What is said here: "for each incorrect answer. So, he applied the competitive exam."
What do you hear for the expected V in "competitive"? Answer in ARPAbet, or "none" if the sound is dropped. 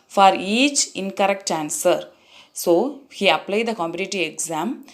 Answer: none